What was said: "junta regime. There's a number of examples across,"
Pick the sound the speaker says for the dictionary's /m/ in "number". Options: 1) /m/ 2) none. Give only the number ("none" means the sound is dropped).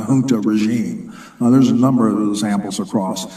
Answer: 1